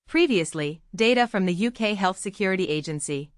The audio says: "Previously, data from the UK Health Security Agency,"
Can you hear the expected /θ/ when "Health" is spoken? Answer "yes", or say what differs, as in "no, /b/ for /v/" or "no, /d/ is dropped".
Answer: yes